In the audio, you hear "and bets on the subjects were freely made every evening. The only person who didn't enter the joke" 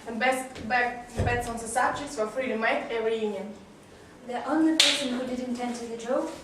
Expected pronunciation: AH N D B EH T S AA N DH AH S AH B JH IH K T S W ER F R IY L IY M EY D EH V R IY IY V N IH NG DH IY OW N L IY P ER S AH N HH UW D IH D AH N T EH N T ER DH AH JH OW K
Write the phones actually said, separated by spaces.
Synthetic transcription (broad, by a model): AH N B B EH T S AA N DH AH S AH B JH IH K T S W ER F R IY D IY M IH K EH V R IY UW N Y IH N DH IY OW N L IY P ER S AH N HH UW D IH D AH N T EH N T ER DH AH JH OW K